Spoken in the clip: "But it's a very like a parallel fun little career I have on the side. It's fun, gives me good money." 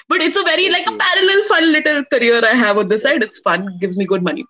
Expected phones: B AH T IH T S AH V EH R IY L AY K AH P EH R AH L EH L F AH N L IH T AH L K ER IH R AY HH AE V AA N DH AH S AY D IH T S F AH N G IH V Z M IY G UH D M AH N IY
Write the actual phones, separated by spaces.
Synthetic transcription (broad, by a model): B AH T IH T S AH V EH R IY L AY K AH P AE R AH L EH L F AH N L IH T AH L K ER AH R AY HH AE V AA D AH S AY D IH T S F AH N G IH V Z M IY G UH D M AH N IY